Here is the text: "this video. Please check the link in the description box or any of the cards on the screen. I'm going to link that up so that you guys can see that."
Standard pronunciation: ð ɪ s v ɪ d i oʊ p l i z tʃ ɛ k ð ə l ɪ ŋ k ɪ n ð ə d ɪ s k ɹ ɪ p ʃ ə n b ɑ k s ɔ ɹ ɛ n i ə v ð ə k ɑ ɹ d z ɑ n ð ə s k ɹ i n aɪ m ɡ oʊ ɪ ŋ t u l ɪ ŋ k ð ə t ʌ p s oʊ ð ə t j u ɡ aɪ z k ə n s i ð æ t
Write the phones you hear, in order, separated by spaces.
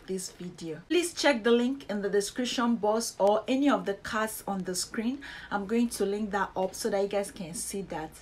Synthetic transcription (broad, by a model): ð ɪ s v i d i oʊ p l i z tʃ ɛ k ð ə l ɪ ŋ k ɪ n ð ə d ɪ s k ɹ ɪ p ʃ ə n b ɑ s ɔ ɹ ɛ n i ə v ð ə k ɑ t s ɑ n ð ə s k ɹ i n aɪ m ɡ oʊ ɪ ŋ t u l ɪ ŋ k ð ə t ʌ p s oʊ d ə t j u ɡ aɪ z k ə n s i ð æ t